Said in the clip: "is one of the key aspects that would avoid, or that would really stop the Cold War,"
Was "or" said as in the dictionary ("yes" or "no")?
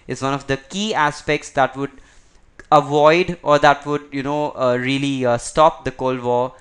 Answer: yes